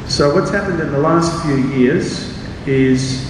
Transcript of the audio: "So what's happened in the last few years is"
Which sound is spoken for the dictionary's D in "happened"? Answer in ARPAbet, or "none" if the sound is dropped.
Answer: D